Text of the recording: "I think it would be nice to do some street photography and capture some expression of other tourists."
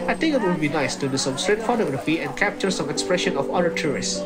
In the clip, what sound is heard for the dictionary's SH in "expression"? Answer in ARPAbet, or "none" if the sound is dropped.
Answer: SH